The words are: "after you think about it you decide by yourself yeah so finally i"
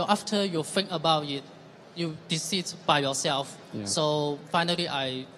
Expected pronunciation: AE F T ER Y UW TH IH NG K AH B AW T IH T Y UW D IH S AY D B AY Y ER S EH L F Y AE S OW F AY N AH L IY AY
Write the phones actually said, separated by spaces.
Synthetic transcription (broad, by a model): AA F T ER Y UW F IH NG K AH B AW T IH T Y UW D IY S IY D B AY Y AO S EH L F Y S OW F AY N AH L IY AY